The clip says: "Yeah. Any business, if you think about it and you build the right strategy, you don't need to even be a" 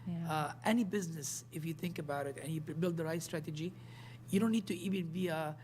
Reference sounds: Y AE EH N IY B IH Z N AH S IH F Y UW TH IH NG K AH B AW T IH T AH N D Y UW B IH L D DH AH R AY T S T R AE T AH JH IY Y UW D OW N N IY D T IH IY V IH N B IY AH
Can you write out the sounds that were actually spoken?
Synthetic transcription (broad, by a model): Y EH N IY B IH Z N AH S IH F Y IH TH IH NG K AH B AW T IH T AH N Y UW B IH L D DH AH R AY T S T R AE T AH JH IY Y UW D OW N N IY D T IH IY V IH N B IY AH